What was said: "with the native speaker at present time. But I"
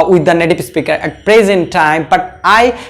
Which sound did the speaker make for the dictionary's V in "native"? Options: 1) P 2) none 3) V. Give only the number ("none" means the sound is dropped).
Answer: 1